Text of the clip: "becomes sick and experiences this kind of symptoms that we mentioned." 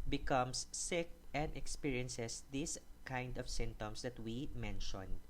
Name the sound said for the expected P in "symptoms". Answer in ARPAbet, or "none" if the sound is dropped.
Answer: none